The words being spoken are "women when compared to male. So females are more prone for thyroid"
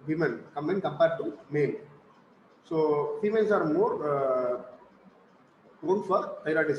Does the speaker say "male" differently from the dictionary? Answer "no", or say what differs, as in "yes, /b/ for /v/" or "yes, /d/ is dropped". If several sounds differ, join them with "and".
yes, /n/ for /l/